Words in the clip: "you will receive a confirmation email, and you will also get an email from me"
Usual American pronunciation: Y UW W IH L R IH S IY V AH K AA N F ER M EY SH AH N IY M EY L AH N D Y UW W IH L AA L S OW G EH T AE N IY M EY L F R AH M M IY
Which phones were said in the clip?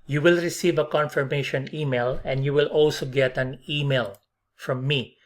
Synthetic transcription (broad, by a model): Y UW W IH L R IH S IY V AH K AA N F ER M EY SH AH N IY M EY L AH N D Y UW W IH L AA L S OW G EH T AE N IY M EY L F R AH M M IY